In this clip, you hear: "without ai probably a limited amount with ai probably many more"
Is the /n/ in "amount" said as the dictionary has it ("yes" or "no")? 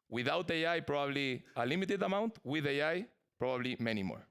yes